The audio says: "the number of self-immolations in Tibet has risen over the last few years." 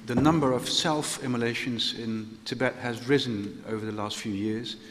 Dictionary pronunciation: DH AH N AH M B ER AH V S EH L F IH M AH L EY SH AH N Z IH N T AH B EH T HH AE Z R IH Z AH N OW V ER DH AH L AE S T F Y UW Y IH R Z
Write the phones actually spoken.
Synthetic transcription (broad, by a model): DH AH N AH M B ER AH V S EH L F IH M AH L EY SH AH N Z IH N T AH B EH T HH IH Z R IH Z AH N OW V ER DH AH L AE S T F Y UW Y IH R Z